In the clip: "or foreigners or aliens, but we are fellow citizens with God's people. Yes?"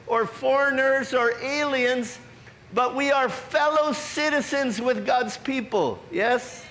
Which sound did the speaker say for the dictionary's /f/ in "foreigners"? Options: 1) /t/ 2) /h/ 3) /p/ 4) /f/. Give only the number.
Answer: 4